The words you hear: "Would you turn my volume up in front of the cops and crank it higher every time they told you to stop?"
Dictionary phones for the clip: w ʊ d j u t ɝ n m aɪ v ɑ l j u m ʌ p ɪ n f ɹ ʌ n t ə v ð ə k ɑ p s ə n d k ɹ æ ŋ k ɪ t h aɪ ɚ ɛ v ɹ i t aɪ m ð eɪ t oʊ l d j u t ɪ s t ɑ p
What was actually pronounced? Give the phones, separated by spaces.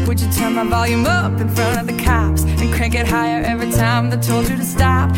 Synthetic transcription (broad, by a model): w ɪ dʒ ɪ t ɝ n m aɪ v ɑ l j u m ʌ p ɪ n f ɹ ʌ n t ə v ð ə k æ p s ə n k æ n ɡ ɪ t h aɪ ɚ ɛ v ɹ i t aɪ m ð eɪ t oʊ l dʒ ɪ t ɪ s t ɑ p